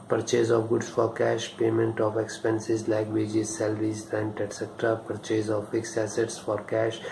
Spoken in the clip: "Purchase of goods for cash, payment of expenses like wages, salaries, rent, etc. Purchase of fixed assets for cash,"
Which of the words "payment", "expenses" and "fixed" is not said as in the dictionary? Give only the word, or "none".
fixed